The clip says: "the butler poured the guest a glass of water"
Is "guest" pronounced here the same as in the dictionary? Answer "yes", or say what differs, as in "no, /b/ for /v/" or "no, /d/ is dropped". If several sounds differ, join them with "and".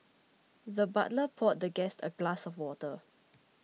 yes